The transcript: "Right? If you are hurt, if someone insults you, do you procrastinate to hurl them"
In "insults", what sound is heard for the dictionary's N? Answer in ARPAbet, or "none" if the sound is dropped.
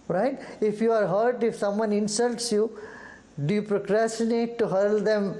N